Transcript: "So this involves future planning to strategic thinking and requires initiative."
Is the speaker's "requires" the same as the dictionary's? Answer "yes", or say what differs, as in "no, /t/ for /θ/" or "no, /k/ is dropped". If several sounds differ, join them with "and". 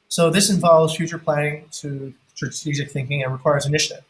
yes